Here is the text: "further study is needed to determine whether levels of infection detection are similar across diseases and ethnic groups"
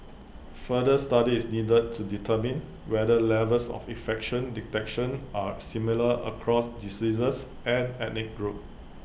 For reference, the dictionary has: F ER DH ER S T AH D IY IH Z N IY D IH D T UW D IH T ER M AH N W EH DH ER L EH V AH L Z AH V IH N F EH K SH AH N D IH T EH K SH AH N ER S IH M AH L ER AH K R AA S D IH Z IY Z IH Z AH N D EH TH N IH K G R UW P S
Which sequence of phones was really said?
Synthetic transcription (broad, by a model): F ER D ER S T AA D IY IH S N IY D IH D T UW D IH T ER M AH N W EH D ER L EH V AH L S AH F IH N F EH K SH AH N D IH T EH K SH AH N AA S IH M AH L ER AH K R AA S D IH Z IY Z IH S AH N EH T N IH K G R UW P